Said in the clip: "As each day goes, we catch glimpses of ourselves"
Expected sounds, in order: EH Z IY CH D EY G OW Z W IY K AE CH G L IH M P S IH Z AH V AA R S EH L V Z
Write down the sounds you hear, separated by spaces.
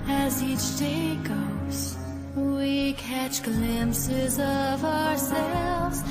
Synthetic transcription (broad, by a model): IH Z IY CH D EY G OW Z W IY K AE CH G L IH M P S IH Z AH V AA R S EH L V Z